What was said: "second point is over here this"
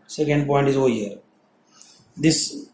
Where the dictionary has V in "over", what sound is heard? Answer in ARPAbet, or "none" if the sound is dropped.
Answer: none